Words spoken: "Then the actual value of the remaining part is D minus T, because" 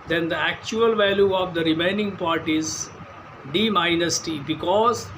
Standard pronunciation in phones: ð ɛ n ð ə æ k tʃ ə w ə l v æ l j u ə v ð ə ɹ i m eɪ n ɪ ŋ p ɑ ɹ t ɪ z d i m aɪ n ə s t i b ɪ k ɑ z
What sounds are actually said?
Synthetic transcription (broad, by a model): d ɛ n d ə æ k tʃ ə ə l v æ l j u ə v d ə ɹ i m eɪ n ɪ ŋ p ɑ ɹ t ɪ z d i m aɪ n ə s t i b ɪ k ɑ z